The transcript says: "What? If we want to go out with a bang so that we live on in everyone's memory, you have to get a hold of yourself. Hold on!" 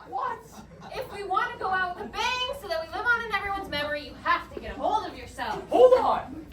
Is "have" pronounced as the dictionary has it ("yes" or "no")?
no